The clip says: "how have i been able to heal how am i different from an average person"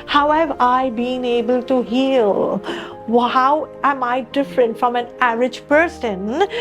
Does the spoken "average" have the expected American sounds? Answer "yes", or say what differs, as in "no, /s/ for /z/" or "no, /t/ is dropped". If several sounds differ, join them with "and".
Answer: no, /v/ is dropped